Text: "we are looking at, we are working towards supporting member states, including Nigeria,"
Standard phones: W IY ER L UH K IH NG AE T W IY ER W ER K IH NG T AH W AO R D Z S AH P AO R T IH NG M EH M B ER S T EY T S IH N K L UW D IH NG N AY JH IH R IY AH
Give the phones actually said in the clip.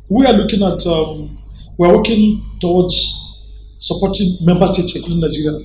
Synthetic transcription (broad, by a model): W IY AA L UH K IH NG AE T W IY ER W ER K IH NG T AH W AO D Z S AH P AO T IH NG M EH M B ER S T EY T S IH K UW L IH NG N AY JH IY R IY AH